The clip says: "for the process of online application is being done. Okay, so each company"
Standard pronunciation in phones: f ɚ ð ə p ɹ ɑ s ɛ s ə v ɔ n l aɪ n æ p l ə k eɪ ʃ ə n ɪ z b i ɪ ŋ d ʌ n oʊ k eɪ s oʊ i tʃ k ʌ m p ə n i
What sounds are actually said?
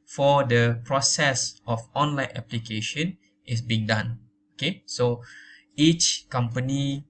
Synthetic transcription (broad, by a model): f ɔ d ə p ɹ ɑ s ɛ s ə f ɔ n l aɪ n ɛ p l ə k eɪ ʃ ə n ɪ s b i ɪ ŋ d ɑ n oʊ k eɪ s oʊ i tʃ k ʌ m p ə n i